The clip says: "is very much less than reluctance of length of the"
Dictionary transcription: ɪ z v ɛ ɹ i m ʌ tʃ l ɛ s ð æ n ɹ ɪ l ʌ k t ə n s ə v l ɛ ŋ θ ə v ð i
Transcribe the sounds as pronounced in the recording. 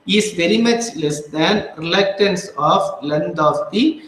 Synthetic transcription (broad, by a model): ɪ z v ɛ ɹ i m ʌ tʃ l ɛ s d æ n ɹ ɪ l ʌ k t ə n s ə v l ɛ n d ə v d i